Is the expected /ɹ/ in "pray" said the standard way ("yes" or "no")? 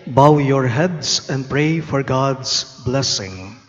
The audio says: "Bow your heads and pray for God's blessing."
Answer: yes